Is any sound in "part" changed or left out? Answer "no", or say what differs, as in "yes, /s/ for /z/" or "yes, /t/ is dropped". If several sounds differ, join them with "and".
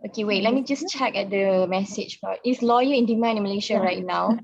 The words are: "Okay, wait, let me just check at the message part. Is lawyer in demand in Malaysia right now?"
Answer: yes, /b/ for /p/